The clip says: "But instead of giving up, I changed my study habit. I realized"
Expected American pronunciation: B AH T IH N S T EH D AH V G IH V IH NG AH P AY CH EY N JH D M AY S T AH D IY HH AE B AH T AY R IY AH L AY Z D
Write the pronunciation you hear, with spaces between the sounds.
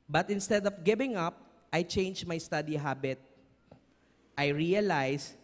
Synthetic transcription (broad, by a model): B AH T IH N S T EH D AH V G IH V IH NG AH P AY CH EY N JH M AY S T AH D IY HH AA B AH T AY R IY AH L AY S